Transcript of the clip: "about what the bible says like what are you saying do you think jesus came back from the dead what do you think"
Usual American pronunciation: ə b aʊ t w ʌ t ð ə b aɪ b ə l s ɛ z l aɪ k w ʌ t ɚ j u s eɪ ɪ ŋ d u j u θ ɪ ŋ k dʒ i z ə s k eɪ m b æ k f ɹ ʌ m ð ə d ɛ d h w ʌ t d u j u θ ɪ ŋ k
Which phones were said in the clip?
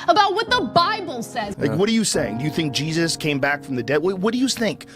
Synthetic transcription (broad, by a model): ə b aʊ t w ʌ t ð ə b aɪ b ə l s ɛ z l aɪ k w ʌ t ɚ j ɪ s eɪ ɪ ŋ d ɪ j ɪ θ ɪ ŋ k dʒ i z ə s k eɪ m b æ k f ɹ ʌ m ð ə d ɛ d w w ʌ t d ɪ j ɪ θ ɪ ŋ k